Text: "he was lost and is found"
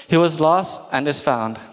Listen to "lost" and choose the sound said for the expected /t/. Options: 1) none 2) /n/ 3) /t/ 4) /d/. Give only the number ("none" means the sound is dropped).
3